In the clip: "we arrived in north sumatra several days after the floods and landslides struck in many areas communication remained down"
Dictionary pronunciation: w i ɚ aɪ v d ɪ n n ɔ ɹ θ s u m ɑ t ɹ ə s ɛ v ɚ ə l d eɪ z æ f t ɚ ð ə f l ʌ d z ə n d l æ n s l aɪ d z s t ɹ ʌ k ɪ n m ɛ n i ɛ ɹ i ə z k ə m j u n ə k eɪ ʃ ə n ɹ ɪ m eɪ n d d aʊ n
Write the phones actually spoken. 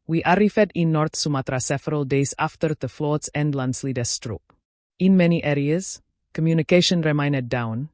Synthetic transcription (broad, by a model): w i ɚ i f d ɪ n n ɔ ɹ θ s u m ɑ t ɹ ə s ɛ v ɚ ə l d eɪ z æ f t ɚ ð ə f l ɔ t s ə n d l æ n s l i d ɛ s t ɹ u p ɪ n m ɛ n i ɛ ɹ i ə z k ə m j u n ə k eɪ ʃ ə n ɹ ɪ m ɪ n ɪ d aʊ n